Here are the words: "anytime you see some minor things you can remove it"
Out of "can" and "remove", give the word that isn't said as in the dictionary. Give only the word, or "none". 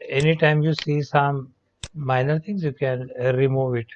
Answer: none